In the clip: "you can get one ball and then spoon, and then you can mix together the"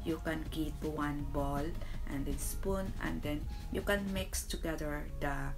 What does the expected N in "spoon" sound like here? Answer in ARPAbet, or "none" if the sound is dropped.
N